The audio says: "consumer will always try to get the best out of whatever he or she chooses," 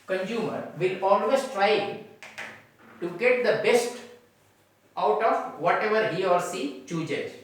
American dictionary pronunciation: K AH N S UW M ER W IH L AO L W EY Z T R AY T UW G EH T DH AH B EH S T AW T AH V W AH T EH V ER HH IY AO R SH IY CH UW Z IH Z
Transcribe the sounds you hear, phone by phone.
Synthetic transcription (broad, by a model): K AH N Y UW M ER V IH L AO L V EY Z T R AY T UW G EH T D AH B EH S T AW T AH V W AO T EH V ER HH IY AO R S IY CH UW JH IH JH